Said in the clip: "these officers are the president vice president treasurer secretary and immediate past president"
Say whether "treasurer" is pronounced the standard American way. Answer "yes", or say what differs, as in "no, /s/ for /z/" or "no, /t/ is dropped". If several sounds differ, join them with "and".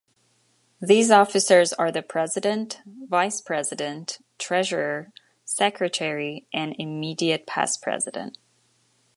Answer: yes